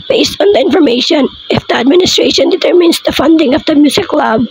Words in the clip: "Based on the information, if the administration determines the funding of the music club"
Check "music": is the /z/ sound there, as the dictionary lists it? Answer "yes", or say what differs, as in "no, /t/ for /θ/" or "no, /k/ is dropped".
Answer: no, /s/ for /z/